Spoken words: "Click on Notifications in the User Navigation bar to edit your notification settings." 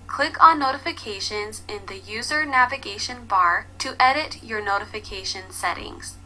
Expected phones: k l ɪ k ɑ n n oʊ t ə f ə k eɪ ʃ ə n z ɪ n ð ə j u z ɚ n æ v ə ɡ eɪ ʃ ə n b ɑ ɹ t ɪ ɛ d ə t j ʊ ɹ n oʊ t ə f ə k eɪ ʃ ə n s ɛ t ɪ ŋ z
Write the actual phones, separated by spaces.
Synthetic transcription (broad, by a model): k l ɪ k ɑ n n oʊ t ə f ə k eɪ ʃ ə n z ɪ n ð ə j u z ɚ n æ v ə ɡ eɪ ʃ ə n b ɑ ɹ t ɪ ɛ d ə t j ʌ ɹ n oʊ t ə f ə k eɪ ʃ ə n s ɛ t ɪ ŋ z